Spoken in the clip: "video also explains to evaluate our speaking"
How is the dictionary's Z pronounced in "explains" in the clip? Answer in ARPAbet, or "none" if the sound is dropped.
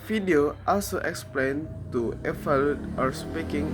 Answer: none